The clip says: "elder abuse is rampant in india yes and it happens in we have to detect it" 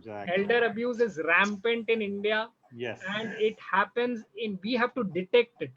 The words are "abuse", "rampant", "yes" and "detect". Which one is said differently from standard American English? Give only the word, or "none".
yes